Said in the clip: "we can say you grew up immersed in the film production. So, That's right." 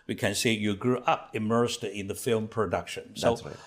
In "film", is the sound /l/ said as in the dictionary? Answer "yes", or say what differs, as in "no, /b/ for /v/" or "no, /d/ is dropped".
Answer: yes